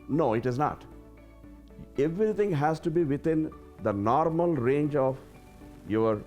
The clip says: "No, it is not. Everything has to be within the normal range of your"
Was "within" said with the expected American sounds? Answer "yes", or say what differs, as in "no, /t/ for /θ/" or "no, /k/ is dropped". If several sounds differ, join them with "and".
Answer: no, /t/ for /θ/